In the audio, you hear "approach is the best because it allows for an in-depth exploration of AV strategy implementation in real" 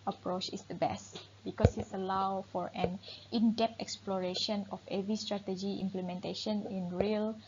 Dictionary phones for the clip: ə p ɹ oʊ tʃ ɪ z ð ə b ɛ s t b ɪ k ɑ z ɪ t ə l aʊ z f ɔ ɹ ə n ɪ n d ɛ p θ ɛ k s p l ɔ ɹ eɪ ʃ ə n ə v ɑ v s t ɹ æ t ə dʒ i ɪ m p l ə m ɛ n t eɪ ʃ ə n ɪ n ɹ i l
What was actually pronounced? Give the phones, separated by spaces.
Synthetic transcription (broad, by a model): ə p ɹ oʊ tʃ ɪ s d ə b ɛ s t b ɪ k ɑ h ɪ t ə l aʊ f ɔ ɹ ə n ɪ n d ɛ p ɛ k s p l ɔ ɹ eɪ ʃ ə n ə f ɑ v s t ɹ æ t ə dʒ i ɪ m p l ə m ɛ n t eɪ ʃ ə n ɪ n ɹ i l